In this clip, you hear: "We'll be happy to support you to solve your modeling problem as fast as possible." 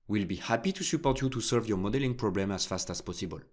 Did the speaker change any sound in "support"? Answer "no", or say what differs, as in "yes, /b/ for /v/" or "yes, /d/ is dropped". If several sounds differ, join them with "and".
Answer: no